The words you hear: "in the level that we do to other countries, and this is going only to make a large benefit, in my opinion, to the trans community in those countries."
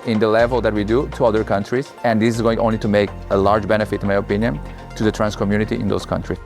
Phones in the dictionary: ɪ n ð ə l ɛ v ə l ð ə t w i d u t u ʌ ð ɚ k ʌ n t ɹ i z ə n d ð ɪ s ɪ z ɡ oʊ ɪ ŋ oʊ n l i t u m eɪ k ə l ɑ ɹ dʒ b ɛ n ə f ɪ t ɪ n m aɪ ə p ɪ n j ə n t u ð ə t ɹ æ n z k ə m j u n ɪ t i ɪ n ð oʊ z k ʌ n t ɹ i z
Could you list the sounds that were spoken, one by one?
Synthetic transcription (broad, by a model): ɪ n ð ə l ɛ v ə l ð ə t w i d u t u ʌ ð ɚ k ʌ n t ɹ i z ə n d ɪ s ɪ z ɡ oʊ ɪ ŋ oʊ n l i t u m eɪ k ə l ɑ ɹ dʒ b ɛ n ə f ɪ t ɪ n m aɪ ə p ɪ n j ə n t u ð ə t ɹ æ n s k ə m j u n ɪ t i ɪ n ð oʊ s k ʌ n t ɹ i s